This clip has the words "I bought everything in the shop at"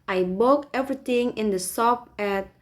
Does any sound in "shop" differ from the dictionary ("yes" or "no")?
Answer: yes